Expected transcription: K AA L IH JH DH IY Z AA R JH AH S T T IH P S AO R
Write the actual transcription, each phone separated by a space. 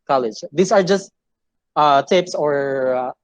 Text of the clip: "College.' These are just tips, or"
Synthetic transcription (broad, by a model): K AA L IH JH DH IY S AA R JH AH S T T IH P S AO R